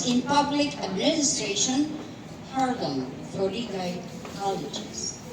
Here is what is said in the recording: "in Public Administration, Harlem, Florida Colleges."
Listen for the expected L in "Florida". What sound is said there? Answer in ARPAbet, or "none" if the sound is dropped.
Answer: none